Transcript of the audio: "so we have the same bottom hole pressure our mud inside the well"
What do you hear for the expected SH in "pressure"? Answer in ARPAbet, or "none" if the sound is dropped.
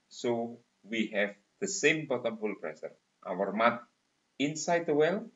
S